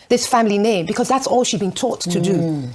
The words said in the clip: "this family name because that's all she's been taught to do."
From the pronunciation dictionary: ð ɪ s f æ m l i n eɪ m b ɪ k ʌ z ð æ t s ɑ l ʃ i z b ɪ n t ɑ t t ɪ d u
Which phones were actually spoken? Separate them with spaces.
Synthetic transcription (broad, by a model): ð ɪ s f æ m l i n eɪ m b ɪ k ʌ z ð æ t s ɑ l ʃ i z b ɪ n t ɑ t t ɪ d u